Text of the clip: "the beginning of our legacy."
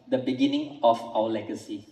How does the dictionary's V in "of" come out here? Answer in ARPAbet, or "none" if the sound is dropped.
F